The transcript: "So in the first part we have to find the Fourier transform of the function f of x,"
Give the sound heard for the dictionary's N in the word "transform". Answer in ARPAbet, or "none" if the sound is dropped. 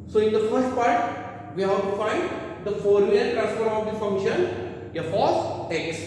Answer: none